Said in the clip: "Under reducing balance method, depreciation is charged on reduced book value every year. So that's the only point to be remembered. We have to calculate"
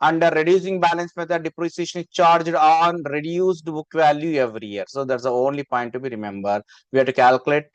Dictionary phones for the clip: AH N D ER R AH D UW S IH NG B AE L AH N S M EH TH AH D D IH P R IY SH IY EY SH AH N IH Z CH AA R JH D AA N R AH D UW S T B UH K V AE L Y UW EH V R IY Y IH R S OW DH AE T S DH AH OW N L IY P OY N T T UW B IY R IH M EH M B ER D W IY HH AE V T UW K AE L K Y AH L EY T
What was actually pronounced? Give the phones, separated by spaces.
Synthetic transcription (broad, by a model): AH N D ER R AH D UW S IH NG B AE L AH N S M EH T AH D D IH P R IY S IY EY SH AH N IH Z CH AA R JH D AA N R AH D UW S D B UH K V AE L Y UW EH V R IY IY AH R S OW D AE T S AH OW N L IY P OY N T T UW B IY R IH M EH M B ER D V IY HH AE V T UW K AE L K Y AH L EY T